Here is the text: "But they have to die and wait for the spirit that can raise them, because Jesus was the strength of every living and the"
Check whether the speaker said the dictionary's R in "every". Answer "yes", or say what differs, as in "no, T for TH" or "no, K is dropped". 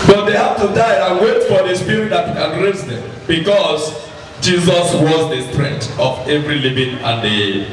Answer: yes